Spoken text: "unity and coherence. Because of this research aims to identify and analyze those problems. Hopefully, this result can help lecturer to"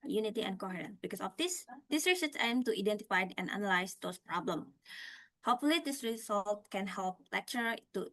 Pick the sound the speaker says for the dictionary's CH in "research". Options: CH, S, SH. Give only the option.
S